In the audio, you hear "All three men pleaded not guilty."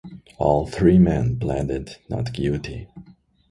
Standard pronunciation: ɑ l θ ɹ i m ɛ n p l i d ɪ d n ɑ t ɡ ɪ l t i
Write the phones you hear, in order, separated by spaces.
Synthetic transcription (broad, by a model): ɑ l θ ɹ i m ɛ n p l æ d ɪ d n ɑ t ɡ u t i